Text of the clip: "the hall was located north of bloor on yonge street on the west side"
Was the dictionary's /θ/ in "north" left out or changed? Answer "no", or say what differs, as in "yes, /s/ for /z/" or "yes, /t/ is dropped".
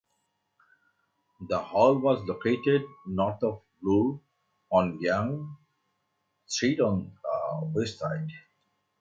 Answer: yes, /t/ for /θ/